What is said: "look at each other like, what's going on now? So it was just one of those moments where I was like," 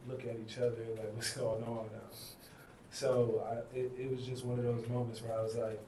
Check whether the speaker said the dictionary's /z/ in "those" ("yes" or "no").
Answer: yes